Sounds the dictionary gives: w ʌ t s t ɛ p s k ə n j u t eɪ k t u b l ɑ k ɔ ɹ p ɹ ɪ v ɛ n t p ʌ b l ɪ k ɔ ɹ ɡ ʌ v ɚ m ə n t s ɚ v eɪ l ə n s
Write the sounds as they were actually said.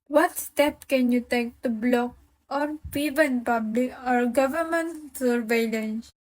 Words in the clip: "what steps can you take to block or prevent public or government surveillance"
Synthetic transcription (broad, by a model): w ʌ t s t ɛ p k ə n j u t eɪ k t u b l ɑ k ɔ ɹ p ɪ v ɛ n p ʌ b l ɪ k ɔ ɹ ɡ ʌ v ɚ m ə n t s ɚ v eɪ l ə n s